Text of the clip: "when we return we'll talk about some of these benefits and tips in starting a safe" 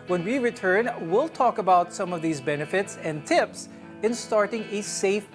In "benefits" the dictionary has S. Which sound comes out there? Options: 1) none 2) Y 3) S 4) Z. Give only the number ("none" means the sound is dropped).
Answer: 3